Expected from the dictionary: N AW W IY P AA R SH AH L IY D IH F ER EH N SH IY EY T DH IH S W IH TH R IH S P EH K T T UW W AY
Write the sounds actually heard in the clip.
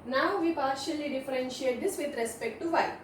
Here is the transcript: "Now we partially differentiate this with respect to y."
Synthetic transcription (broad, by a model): N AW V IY P AA R SH AH L IY D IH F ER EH N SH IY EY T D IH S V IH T R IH S P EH K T T UW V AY